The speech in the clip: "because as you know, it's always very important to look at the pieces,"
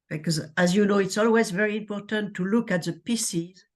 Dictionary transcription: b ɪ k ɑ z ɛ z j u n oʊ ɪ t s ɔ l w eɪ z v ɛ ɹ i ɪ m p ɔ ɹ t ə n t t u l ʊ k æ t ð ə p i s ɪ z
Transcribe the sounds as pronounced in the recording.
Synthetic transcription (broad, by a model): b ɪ k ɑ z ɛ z j u n oʊ ɪ t s ɔ l w eɪ z v ɛ ɹ i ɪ m p ɔ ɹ t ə n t t u l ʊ k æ t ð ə p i s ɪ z